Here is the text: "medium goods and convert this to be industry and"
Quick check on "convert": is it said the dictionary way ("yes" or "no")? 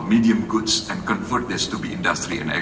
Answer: no